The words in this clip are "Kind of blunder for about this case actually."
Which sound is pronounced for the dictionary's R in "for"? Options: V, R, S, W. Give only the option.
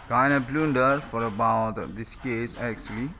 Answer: R